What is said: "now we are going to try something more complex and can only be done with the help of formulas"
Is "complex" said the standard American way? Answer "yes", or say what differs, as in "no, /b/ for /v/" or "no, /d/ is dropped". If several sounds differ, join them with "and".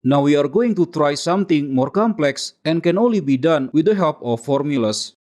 yes